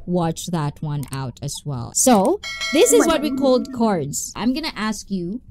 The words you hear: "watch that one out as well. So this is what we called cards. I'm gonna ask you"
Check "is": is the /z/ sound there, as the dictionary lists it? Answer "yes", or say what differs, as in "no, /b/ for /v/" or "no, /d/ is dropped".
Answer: yes